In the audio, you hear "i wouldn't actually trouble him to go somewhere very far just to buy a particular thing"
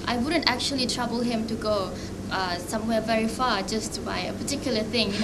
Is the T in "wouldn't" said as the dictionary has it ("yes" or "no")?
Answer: yes